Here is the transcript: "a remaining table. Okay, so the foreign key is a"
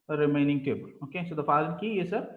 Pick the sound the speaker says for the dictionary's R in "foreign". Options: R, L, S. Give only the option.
L